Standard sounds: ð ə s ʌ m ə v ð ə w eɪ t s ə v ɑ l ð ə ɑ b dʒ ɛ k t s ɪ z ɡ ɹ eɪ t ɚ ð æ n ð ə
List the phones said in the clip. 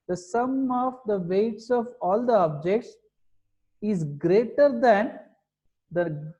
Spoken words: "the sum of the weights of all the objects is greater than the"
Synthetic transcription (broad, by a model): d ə s ʌ m ə v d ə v eɪ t s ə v ɑ l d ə ɑ b dʒ ɛ k t s ɪ z ɡ ɹ eɪ t ɚ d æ n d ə